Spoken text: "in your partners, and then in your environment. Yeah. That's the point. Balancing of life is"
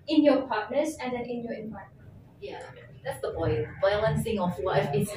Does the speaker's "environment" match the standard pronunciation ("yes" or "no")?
no